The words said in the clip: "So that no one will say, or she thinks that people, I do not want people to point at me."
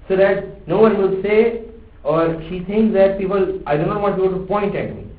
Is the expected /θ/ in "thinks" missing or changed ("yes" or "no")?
yes